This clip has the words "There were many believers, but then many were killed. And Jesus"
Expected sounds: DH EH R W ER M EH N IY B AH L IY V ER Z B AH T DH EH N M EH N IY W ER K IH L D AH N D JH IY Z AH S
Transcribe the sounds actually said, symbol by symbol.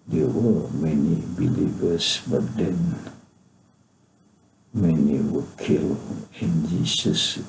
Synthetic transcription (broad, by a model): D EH W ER M EH N IY B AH L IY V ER S B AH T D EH N M EH N IY W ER K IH L AH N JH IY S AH S